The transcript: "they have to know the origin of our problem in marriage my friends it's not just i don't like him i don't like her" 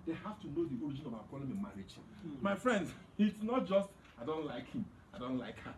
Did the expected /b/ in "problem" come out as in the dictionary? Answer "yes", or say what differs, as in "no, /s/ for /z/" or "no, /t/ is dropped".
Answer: no, /b/ is dropped